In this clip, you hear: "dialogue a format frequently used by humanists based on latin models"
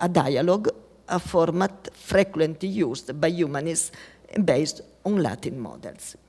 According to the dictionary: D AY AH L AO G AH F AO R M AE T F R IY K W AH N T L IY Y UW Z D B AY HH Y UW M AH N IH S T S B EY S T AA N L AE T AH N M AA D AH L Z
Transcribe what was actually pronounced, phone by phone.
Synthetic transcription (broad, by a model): D AY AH L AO G AH F AO R M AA T F R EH K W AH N T IY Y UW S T B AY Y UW M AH N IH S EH B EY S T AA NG L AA T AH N M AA D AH L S